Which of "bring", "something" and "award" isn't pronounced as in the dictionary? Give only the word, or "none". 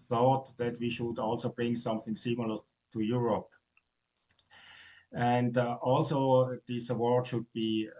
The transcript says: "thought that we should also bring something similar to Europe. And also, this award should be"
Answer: none